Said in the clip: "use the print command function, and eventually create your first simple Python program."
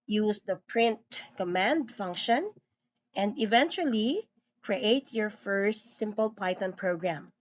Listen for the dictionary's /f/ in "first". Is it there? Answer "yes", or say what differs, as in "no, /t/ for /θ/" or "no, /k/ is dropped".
yes